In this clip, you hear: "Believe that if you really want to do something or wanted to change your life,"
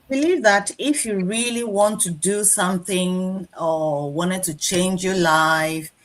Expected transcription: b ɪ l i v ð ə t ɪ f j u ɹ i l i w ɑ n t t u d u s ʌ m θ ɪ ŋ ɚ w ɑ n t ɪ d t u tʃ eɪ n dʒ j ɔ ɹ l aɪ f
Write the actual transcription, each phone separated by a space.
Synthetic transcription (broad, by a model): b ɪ l i v ð ə t ɪ f j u ɹ i l i w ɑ n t t u d u s ʌ m θ ɪ ŋ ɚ w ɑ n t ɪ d t u tʃ eɪ n dʒ j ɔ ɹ l aɪ f